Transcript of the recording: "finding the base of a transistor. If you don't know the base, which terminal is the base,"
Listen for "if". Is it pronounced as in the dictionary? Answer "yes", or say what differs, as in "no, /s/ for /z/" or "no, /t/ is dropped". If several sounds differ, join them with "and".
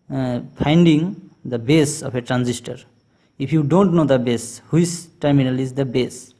no, /p/ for /f/